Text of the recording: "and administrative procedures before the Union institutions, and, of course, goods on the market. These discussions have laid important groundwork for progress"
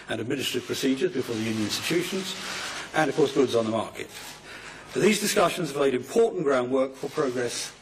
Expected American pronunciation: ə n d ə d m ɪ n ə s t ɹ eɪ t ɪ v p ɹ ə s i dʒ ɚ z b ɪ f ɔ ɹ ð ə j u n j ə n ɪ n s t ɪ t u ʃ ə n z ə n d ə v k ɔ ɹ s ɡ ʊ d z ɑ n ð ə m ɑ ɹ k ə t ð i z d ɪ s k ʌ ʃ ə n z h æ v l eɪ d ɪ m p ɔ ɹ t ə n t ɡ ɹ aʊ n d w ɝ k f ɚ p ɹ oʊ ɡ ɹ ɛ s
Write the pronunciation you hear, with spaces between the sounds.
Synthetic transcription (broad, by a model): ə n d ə d m ɪ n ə s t ɹ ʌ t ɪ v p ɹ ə s i dʒ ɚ z b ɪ f ɔ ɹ ð ə j u n j ə n ɪ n s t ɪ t u ʃ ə n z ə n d ə v k ɔ ɹ s ɡ ʊ d z n ð ə m ɑ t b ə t ð i z d ɪ s k ʌ ʃ ə n z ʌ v l eɪ d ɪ m p ɔ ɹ t n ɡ ɹ aʊ n d w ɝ k f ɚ p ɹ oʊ ɡ ɹ ɛ s